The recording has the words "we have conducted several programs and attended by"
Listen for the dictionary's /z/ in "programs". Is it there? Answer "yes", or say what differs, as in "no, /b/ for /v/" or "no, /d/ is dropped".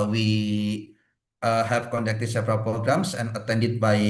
no, /s/ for /z/